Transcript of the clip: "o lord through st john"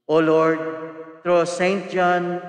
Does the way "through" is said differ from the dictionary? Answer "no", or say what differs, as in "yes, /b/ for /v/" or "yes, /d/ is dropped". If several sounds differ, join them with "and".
yes, /t/ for /θ/